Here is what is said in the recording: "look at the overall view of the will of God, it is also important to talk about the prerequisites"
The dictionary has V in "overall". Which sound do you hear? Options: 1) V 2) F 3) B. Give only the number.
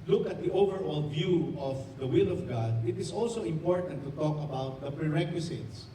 1